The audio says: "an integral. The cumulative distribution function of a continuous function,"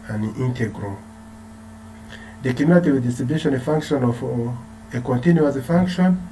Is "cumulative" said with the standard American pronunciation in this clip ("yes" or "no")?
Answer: no